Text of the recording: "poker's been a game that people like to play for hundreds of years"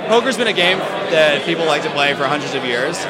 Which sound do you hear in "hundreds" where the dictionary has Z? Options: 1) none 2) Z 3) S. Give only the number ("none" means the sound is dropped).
2